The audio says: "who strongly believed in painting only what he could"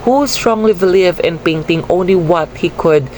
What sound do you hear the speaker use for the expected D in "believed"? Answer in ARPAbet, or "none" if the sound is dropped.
none